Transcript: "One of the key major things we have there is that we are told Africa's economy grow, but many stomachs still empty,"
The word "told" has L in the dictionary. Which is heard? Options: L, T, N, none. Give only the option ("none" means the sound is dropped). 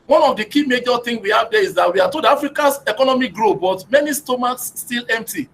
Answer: none